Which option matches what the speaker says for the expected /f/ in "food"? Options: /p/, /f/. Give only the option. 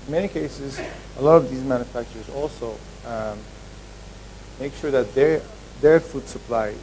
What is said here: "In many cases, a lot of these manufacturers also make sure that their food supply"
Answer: /f/